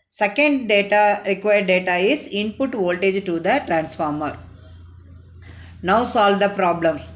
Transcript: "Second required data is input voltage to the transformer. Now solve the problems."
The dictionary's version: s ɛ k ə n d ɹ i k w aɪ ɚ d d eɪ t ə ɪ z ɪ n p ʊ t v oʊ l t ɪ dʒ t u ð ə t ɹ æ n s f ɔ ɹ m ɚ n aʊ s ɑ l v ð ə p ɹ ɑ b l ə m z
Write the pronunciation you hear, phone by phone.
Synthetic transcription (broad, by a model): s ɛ k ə n d ɹ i k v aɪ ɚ d d eɪ t ə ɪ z ɪ n p ʊ t v oʊ l t ɪ dʒ t u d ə t ɹ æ n s f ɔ ɹ m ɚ n aʊ s ɑ l v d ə p ɹ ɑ b l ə m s